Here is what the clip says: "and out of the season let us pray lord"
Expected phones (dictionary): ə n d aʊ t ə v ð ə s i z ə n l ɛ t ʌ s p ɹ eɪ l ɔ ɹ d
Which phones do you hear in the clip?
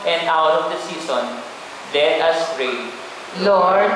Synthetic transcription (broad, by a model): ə n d aʊ t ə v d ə s i s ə n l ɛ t ʌ s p ɹ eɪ l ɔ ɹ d